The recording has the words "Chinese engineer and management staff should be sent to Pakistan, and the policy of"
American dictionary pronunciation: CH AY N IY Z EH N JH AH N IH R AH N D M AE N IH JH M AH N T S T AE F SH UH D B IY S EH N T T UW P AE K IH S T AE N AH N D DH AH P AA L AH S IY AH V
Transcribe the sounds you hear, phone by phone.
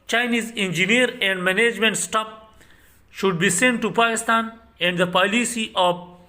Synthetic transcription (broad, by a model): CH AY N IY Z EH N JH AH N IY R AH N D M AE N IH JH M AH N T S T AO P SH UH D B IY S EH N T T UW P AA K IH S T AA N AH N D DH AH P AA L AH S IY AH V